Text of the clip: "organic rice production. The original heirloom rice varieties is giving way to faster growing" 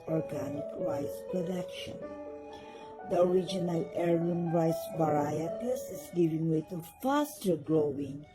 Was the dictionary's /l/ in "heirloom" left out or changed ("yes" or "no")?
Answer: yes